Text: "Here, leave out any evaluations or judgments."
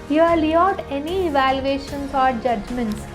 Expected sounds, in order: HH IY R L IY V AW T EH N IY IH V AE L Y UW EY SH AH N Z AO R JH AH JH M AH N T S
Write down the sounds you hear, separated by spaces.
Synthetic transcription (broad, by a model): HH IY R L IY AW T EH N IY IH V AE L Y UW EY SH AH N S AO R JH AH JH M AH N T S